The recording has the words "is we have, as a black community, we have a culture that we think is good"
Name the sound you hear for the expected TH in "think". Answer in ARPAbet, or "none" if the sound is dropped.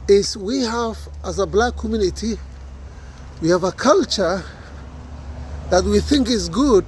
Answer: TH